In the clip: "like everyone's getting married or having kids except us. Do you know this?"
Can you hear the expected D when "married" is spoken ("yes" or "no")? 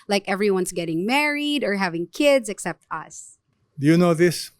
yes